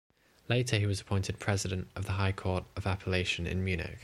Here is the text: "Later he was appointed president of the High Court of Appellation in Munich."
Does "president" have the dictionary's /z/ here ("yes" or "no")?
yes